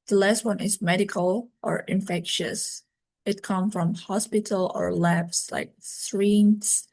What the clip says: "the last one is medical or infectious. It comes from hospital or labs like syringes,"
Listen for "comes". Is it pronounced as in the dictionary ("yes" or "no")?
no